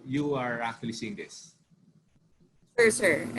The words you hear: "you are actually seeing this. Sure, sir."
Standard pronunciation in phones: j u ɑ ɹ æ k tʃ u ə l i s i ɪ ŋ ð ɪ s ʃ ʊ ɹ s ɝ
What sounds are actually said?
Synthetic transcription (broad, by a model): j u ɑ ɹ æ k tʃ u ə l i s i ɪ ŋ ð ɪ s s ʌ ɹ s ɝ